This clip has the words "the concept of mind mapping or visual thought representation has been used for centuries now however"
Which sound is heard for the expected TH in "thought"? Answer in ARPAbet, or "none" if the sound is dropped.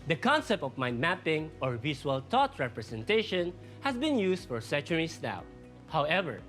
T